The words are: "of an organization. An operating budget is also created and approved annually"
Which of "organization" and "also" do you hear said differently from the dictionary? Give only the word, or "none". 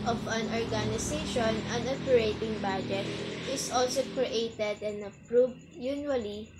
organization